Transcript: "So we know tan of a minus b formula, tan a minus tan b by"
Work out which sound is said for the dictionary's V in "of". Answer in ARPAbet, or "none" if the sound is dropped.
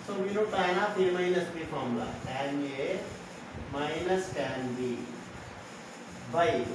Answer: P